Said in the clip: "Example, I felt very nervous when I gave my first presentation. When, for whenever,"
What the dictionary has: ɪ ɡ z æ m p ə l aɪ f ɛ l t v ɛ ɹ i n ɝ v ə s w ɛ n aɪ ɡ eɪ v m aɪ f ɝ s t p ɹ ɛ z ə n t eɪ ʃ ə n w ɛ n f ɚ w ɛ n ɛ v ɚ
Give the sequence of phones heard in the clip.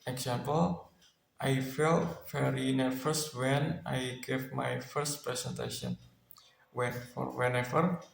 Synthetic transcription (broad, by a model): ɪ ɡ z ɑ m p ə l aɪ f ɛ l t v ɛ ɹ i n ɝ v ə s w ɛ n aɪ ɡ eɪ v m aɪ f ɝ s t p ɹ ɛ s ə n t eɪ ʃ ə n w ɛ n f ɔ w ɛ n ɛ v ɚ